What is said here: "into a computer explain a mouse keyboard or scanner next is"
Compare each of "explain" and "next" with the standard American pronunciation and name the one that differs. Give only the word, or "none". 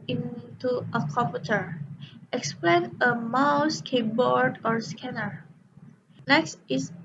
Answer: none